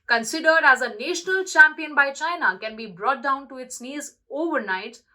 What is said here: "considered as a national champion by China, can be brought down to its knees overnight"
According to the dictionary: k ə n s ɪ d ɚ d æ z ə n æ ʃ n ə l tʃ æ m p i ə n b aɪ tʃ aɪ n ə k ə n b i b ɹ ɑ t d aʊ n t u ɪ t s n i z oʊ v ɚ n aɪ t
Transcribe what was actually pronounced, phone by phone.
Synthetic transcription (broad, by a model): k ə n s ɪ d ɚ d æ z ə n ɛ ʃ n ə l tʃ æ m p i ə n b aɪ tʃ aɪ n ə k ə n b i b ɹ ɑ t d aʊ n t u ɪ t s n i z oʊ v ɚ n aɪ t